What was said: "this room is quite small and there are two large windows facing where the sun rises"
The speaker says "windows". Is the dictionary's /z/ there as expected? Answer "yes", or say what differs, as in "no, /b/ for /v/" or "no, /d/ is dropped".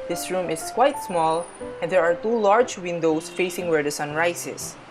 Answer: no, /s/ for /z/